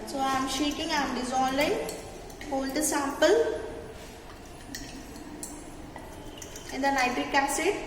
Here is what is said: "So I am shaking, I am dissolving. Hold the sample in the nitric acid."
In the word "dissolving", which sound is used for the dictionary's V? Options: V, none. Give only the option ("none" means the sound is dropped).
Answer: none